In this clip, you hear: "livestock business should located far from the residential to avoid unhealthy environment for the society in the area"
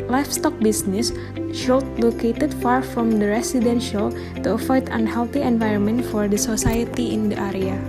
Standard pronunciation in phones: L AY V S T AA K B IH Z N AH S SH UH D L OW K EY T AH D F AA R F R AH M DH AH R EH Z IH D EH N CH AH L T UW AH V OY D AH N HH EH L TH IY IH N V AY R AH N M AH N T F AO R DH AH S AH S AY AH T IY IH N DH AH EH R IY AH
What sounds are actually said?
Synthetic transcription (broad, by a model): L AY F S T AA K B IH S N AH S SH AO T L OW K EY T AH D F AA R F R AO M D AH R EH S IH D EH N SH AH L T UW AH F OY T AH N HH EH L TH IY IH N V AY R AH N M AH N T F AO R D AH S AH S AY AH T IY IH N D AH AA R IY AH